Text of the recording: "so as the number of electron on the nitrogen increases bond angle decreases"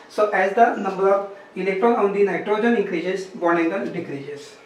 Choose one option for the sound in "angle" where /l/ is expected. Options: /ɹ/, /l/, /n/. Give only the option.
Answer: /n/